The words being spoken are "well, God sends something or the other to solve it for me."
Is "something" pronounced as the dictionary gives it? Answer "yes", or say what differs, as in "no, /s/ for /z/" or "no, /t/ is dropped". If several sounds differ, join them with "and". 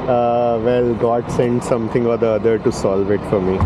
no, /t/ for /θ/